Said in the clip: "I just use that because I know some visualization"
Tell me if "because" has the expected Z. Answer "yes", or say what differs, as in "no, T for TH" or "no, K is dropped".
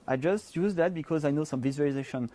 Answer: yes